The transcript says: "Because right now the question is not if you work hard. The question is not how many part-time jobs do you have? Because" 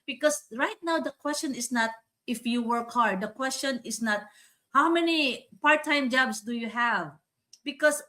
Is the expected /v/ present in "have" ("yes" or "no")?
yes